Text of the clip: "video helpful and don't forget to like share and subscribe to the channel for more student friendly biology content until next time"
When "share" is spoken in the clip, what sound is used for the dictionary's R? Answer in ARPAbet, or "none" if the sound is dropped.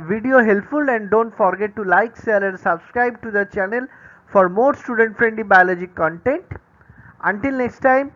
L